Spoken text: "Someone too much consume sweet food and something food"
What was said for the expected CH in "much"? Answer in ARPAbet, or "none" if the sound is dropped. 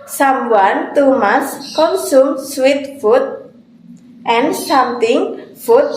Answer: S